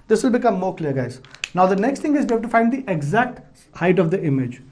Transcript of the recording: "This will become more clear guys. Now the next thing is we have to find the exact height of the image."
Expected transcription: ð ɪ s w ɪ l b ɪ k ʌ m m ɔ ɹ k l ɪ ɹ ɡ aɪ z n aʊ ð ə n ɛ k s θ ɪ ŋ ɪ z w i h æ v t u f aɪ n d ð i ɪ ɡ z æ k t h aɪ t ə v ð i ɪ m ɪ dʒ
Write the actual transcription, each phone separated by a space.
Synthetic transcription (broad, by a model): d ɪ s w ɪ l b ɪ k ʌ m m ɔ ɹ k l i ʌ ɡ aɪ z n aʊ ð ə n ɛ k s t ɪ ŋ ɪ z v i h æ b t u f aɪ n d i ɪ ɡ z æ k t h aɪ t ə v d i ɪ m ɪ dʒ